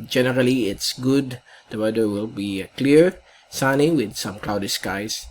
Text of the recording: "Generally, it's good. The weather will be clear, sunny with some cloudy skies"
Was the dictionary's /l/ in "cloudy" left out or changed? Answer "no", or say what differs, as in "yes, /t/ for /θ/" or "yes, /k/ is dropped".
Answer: no